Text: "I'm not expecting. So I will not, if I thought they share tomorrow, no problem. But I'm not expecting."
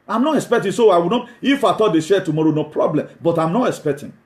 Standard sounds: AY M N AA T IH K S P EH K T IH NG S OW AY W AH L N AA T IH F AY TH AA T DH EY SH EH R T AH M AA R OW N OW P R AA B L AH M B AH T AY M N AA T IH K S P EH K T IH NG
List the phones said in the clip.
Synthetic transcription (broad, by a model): AY M N AA T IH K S P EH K T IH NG S OW AY W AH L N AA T IH F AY T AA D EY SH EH T AH M AA R OW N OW P R AA B L AH M B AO T AY M N AA T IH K S P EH K T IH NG